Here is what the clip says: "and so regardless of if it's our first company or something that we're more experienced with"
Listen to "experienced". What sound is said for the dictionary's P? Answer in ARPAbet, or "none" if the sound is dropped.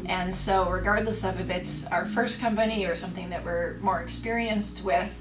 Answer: P